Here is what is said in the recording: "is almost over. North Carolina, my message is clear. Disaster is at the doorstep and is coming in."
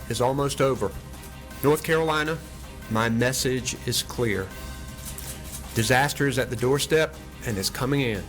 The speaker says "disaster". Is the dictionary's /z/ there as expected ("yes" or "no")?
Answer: yes